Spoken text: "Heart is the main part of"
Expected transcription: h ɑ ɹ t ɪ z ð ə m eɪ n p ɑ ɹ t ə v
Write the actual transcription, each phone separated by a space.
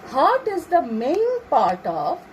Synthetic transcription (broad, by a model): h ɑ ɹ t ɪ z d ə m eɪ l p ɑ ɹ t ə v